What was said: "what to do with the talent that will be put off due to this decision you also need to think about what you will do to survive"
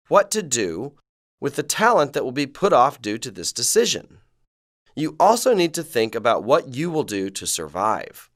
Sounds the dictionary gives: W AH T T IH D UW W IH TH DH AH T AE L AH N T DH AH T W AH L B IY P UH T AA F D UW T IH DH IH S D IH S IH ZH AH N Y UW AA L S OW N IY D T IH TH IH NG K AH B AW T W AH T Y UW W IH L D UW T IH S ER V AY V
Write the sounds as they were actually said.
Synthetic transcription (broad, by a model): W AH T T IH D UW W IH DH AH T AE L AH N DH AH T W AH L B IY P UH T AA F D UW T IH DH IH S D IH S IH ZH AH N Y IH AA L S OW N IY D T IH TH IH NG K AH B AW T W AH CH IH W IH L D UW T IH S ER V AY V